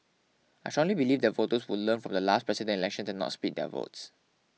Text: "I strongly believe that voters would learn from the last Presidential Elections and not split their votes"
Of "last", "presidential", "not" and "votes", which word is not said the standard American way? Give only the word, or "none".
presidential